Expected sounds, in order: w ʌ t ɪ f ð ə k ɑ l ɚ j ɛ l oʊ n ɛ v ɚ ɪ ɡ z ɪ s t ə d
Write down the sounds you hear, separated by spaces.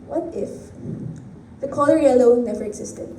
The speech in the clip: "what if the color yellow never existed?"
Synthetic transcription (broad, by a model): w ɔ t ɪ f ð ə k ɑ l ɚ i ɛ l oʊ n ɛ v ɚ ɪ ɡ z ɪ s t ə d